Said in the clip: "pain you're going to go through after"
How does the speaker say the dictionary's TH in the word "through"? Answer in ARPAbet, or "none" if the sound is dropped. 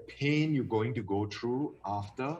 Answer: T